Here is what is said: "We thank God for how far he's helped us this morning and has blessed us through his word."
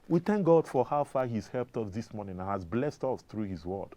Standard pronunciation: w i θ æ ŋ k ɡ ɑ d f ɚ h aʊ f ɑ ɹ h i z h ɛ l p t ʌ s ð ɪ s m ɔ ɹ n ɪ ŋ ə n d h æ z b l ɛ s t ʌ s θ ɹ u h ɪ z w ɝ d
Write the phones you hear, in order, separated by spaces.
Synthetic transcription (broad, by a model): w i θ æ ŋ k ɡ ɑ d f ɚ h aʊ f ɑ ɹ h i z h ɛ l p t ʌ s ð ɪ s m ɔ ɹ n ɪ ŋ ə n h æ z b l ɛ s t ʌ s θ ɹ u h ɪ z w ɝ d